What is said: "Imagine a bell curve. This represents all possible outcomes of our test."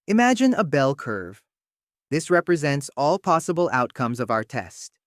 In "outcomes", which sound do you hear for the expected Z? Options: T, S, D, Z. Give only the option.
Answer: Z